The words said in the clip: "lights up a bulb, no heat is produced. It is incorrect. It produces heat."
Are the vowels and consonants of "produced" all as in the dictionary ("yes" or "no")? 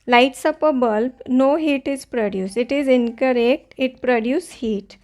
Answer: no